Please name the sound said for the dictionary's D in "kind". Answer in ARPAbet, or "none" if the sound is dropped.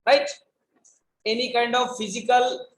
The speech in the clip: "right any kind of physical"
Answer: D